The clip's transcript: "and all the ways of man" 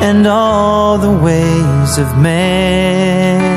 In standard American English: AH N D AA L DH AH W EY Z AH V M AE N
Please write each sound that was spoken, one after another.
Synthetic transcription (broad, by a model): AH N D AA L DH AH W EY Z AH V M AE